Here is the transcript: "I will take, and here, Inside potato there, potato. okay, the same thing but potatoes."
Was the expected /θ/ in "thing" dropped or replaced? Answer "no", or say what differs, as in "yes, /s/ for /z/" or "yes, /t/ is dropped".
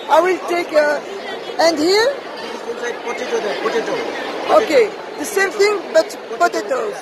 yes, /t/ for /θ/